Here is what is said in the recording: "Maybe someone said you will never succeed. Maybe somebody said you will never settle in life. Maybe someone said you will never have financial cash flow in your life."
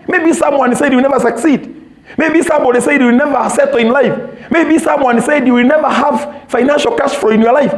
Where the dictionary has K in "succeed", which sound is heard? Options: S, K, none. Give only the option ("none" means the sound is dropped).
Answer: K